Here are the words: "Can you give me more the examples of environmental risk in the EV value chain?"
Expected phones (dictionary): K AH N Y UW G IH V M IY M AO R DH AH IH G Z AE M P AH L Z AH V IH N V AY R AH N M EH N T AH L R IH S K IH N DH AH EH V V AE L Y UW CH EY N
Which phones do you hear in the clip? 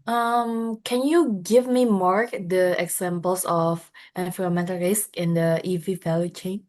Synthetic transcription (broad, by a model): K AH N Y UW G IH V M IY M AO R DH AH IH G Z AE M P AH L S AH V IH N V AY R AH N M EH N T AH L R IH S K IH N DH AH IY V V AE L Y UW CH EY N